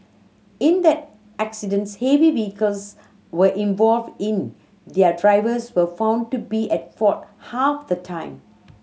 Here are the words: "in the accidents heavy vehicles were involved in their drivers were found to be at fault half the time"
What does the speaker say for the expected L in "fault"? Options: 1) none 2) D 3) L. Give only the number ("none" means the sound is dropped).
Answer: 1